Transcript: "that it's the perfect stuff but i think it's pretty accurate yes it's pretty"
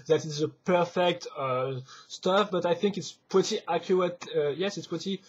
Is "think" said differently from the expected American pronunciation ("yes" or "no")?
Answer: no